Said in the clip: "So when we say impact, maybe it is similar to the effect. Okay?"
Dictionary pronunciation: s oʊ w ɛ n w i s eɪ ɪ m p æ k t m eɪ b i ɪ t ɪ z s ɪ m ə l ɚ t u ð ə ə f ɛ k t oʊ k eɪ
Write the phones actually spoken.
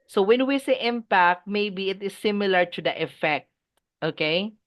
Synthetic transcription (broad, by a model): s oʊ w ɛ n w i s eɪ ɪ m p æ k t m eɪ b i ɪ t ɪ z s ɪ m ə l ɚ t u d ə ə f ɛ k t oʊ k eɪ